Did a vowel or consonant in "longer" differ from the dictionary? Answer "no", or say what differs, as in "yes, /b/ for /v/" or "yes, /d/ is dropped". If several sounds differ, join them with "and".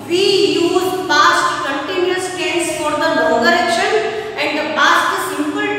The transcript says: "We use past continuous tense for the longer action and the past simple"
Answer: yes, /ŋ/ is dropped